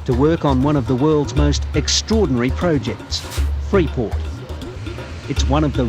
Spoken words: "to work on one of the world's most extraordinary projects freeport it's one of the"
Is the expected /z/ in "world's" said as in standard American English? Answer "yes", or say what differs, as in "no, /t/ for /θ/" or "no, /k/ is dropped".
yes